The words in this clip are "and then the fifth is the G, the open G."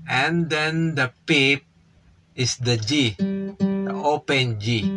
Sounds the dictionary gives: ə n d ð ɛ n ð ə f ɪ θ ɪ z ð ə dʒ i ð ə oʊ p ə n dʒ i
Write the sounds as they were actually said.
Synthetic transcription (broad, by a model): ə n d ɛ n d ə p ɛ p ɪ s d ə dʒ i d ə oʊ p ə n dʒ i